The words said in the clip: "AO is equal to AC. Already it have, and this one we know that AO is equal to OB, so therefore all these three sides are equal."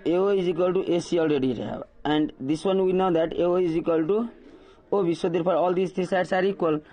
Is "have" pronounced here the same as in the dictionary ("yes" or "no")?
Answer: no